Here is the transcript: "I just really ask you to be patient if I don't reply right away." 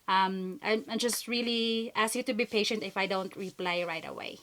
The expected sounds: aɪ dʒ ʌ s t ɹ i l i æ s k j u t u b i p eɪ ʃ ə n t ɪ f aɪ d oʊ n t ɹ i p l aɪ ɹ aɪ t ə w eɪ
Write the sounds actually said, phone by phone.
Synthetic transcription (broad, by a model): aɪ dʒ ʌ s t ɹ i l i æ s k j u t u b i p eɪ ʃ ə n t ɪ f aɪ d oʊ n t ɹ i p l aɪ ɹ aɪ t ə w eɪ